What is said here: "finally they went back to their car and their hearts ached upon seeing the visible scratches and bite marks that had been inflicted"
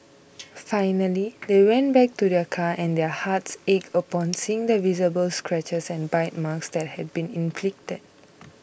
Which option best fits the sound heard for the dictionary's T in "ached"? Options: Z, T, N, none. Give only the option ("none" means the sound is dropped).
none